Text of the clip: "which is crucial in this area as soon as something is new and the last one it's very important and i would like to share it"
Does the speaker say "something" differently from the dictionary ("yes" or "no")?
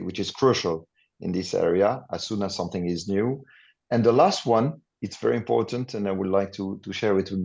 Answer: no